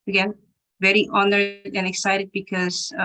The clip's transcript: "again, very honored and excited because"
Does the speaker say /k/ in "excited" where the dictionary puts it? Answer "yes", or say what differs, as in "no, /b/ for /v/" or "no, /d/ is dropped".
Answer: yes